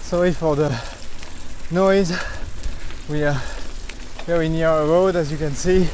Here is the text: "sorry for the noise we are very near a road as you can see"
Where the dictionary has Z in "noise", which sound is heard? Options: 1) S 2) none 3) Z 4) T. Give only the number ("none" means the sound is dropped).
3